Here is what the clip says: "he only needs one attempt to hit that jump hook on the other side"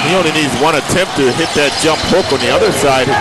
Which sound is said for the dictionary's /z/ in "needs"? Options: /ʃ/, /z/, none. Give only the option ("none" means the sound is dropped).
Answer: /z/